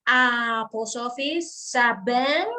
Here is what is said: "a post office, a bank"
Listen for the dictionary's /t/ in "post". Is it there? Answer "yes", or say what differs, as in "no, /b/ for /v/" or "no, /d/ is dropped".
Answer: no, /t/ is dropped